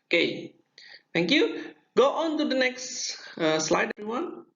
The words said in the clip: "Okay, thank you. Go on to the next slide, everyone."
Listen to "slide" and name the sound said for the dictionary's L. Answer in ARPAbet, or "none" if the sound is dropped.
L